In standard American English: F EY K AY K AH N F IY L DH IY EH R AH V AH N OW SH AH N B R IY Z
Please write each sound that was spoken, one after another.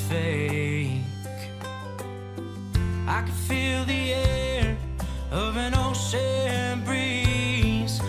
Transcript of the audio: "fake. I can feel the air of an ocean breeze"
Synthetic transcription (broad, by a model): F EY K AY K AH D F IY L DH IY EH R AH V AH N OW S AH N B R IY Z